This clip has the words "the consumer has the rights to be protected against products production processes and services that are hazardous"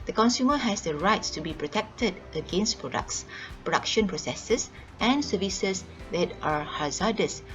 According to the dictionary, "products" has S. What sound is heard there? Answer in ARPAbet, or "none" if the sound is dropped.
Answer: S